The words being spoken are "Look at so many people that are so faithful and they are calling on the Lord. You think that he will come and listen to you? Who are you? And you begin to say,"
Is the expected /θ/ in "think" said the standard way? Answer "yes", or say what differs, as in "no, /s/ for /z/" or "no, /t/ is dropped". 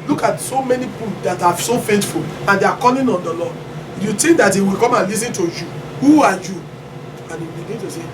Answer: no, /t/ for /θ/